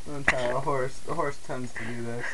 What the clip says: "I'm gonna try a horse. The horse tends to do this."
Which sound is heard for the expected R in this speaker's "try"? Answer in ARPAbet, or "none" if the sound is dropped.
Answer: none